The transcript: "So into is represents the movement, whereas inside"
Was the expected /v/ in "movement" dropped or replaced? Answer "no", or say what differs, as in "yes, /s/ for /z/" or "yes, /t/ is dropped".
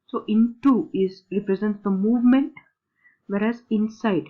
no